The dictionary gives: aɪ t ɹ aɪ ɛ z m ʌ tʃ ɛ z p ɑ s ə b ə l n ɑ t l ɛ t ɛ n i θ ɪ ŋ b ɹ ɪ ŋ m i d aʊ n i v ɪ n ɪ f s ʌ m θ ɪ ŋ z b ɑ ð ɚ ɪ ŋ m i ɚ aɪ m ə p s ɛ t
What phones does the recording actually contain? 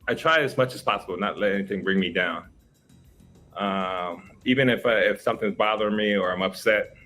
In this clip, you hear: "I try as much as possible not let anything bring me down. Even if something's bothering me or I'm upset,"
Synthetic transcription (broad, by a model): aɪ t ɹ aɪ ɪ z m ʌ tʃ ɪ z p ɑ s ə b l n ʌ t l ɛ t ɛ n i θ ɪ ŋ b ɹ ɪ ŋ m i d aʊ n i v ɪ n ɪ f s ʌ m θ ɪ ŋ z b ɑ ð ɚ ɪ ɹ m i ɚ aɪ m ə p s ɛ t